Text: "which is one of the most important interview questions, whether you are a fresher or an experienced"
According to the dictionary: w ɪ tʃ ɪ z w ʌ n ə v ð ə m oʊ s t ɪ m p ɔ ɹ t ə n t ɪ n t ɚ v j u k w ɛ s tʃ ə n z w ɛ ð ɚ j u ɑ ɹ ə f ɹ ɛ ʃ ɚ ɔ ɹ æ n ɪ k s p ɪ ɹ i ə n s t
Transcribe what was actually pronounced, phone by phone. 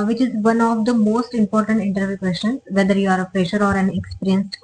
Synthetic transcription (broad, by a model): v ɪ tʃ ɪ z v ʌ n ə v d ə m oʊ s t ɪ m p ɔ ɹ t ə n t ɪ n t ɚ v j u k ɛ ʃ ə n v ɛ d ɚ j u ɑ ɹ ə p ɹ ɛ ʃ ɚ ɔ ɹ æ n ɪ k s p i ɹ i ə n s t